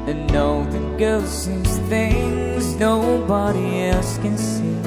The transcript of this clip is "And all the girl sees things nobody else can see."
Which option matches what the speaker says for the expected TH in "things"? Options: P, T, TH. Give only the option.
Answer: TH